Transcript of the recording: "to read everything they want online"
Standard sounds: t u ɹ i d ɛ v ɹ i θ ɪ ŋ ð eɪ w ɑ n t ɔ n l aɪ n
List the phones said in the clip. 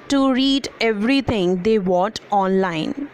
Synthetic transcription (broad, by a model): t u ɹ i d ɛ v ɹ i t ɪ ŋ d eɪ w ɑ t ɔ n l aɪ n